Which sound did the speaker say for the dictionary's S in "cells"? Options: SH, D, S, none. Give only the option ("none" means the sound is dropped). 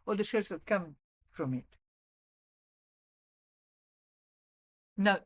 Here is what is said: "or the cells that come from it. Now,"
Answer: SH